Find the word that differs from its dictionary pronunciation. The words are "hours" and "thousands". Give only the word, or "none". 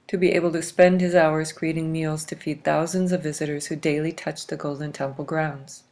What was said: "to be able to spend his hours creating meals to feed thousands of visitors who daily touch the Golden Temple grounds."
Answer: none